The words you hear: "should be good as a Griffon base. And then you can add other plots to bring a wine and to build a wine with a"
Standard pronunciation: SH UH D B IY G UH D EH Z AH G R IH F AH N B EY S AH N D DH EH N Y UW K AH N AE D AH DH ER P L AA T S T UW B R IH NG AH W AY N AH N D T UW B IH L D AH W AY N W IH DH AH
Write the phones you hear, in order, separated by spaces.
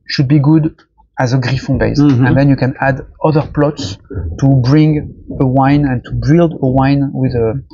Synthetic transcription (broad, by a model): SH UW D B IY G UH D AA Z AH G R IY F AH B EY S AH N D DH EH N Y UW K AH N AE D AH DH ER P L AA T S T UW B R IH NG AH W AY N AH N T UW B IH L D AH W AY N W IH DH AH